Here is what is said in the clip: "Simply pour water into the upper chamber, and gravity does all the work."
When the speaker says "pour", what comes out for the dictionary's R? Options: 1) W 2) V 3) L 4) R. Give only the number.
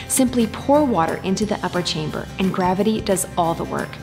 4